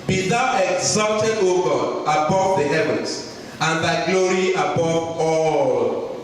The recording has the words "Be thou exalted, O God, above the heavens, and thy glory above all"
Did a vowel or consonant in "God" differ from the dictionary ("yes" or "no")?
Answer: yes